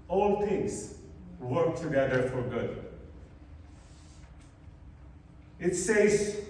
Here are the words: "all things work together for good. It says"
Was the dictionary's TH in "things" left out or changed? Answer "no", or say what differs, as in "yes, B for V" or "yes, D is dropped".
yes, T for TH